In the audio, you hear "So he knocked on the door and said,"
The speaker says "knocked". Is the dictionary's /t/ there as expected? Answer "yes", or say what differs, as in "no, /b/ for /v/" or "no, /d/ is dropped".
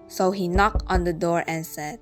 yes